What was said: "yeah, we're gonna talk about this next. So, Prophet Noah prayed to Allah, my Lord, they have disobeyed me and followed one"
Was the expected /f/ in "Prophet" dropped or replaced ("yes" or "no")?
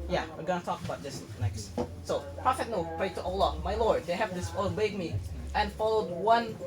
no